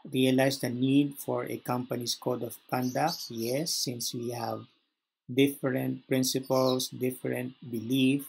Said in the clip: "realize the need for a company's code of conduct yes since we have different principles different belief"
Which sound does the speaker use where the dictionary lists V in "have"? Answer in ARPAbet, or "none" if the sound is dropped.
V